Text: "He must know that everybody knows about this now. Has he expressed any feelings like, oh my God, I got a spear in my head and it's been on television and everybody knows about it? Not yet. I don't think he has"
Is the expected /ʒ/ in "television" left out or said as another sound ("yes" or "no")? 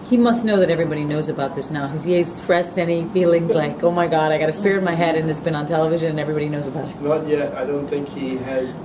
no